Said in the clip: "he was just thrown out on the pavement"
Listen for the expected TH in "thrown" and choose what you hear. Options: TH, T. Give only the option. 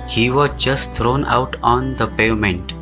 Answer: T